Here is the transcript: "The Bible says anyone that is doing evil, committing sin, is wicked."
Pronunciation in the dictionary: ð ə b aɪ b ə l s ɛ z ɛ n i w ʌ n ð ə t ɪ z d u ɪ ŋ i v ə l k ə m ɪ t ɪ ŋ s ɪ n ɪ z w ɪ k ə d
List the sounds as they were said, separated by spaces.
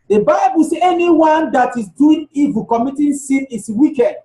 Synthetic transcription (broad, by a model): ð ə b aɪ b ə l s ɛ ɛ n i w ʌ n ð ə t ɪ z d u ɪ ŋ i v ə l k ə m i t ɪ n s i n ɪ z w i k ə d